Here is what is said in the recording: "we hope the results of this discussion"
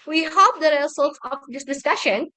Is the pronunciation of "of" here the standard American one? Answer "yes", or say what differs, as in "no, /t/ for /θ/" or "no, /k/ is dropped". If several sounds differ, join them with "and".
no, /p/ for /v/